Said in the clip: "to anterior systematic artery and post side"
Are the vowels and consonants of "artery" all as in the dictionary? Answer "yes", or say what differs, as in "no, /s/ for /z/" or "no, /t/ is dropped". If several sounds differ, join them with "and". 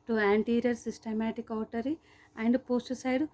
no, /w/ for /ɹ/